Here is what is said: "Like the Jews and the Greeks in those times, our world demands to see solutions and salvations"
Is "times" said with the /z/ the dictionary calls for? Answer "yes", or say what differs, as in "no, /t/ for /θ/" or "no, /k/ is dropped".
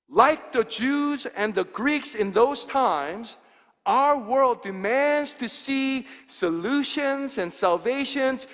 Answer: yes